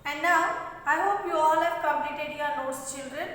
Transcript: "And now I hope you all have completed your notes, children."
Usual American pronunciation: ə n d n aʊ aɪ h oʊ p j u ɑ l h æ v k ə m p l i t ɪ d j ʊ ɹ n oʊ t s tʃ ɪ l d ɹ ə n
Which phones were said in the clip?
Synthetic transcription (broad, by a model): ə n d n aʊ aɪ h oʊ p j u ɑ l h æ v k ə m l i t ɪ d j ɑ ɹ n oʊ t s tʃ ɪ l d ɹ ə n